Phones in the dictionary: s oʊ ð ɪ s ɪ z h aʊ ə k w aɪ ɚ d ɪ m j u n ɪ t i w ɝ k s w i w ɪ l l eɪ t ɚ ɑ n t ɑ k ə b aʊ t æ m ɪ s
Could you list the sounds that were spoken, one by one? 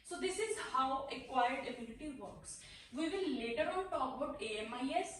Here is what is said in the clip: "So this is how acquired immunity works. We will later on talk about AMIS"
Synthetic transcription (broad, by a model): s oʊ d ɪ s ɪ z h aʊ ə k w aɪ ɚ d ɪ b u l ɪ t i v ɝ k s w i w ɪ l l eɪ t ɚ ɑ n t ɑ k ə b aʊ t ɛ m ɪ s